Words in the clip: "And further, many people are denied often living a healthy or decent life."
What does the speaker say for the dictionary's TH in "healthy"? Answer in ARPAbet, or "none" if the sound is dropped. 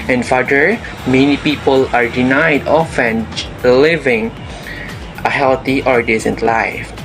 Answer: T